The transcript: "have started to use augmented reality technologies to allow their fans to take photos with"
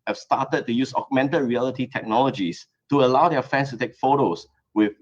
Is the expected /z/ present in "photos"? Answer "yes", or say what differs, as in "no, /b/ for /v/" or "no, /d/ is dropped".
no, /s/ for /z/